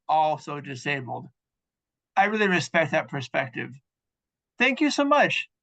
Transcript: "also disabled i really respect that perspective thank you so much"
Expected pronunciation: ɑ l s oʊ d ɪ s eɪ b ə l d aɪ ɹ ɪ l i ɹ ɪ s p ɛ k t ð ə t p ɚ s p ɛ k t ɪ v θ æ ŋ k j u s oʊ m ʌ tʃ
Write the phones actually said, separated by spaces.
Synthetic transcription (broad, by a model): ɑ l s oʊ d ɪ s eɪ b l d aɪ ɹ ɪ l i ɹ ɪ s p ɛ k t ð ə t p ɚ s p ɛ k t ɪ v θ æ ŋ k j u s oʊ m ʌ tʃ